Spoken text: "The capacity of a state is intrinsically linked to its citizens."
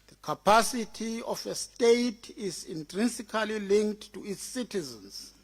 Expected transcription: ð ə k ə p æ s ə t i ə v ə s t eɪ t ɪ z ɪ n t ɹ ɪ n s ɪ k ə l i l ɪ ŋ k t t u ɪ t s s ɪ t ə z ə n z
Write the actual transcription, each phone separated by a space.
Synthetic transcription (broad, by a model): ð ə k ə p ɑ s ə t i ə f ə s t eɪ t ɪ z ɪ n t ɹ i n s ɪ k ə l i l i ŋ k t t u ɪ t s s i t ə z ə n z